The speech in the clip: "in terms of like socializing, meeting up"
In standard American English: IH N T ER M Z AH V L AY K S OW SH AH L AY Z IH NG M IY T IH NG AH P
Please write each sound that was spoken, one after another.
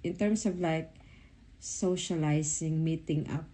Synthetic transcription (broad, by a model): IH N T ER M S AH V L AY K S OW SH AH L AY S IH NG M IY T IH NG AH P